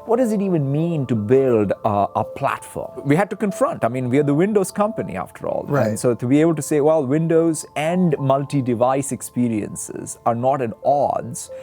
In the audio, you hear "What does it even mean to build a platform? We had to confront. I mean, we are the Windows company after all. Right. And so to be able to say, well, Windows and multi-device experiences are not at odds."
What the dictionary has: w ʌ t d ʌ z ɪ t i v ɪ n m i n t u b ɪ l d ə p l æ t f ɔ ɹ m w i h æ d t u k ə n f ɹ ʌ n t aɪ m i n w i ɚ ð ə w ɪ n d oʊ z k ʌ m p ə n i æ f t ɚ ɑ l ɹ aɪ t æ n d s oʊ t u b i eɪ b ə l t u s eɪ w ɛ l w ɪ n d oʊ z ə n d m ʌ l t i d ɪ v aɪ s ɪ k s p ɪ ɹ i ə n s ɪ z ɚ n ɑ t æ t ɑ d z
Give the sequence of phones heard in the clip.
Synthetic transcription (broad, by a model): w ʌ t d ʌ z ɪ t i v ɪ n m i n t u b ɪ l d ə p l æ t f ɔ ɹ m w i h æ d t u k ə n f ɹ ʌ n t aɪ m i n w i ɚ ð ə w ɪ n d oʊ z k ʌ m p ə n i æ f t ɚ ɑ l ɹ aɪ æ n s oʊ t u b i eɪ b ə l t u s eɪ w ɛ l w ɪ n d oʊ z ə n d m ʌ l t i d ɪ v aɪ s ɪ k s p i ɹ i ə n s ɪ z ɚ n ɑ t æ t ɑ d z